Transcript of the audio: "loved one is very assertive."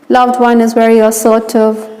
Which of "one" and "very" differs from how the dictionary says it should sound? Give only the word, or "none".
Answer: very